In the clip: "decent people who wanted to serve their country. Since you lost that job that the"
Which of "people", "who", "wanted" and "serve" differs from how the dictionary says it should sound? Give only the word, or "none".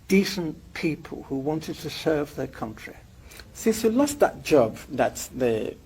none